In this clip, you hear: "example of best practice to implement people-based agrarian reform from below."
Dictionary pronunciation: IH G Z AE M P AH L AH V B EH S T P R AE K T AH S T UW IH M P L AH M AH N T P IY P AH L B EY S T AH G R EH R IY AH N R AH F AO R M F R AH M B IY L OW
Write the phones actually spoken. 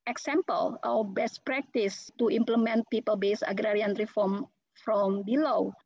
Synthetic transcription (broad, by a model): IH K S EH M P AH L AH W B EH S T P R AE K T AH S T UW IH M P L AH M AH N T P IY P AH L B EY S AH G R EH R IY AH N R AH F AO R M F R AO M B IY L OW